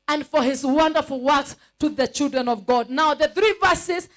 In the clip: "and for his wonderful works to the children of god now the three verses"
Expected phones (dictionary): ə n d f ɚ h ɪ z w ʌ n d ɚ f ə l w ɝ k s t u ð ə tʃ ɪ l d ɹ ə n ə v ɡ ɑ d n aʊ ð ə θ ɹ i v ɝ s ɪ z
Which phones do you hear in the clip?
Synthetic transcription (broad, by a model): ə n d f ɚ h ɪ z w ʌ n d ɚ f l w ɝ k s t u ð ə tʃ ɪ l d ɹ ə n ə v ɡ ɑ d n aʊ ð ə θ ɹ i v ɝ s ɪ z